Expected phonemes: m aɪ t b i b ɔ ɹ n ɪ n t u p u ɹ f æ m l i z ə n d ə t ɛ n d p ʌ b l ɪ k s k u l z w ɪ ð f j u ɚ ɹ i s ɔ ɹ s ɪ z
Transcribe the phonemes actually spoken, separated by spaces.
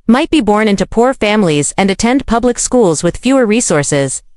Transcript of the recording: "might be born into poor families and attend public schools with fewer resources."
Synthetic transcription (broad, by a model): m aɪ t b i b ɔ ɹ n ɪ n t u p u ɹ f æ m l i z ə n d ə t ɛ n d p ʌ b l ɪ k s k u l z w ɪ ð f j u ɚ ɹ i s ɔ ɹ s ɪ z